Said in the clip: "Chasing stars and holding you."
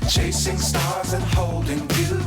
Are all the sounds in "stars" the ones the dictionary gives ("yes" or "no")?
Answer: yes